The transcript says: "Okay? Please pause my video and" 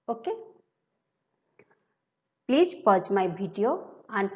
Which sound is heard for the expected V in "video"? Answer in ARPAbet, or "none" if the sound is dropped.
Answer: B